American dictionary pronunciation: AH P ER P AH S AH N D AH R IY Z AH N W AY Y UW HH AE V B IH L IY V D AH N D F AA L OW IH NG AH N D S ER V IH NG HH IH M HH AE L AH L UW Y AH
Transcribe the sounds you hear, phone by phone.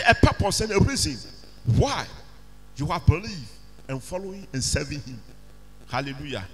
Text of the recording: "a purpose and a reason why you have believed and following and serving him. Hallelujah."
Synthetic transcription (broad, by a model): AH P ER P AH S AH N AH R IY Z AH N W AY Y UW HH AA B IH L IY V AH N F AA L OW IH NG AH N S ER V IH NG HH IH M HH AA L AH L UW Y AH